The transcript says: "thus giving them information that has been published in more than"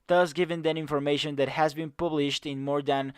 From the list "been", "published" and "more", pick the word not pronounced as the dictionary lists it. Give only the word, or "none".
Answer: none